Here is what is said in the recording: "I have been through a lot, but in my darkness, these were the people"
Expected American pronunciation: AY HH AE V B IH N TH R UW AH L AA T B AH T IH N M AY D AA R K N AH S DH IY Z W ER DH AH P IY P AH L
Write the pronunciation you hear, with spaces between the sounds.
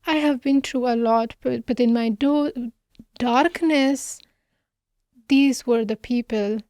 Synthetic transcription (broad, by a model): AY HH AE V B IH N T R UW AH L AA T B AH T IH N M AY D AA R K N AH S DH IY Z W ER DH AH P IY P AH L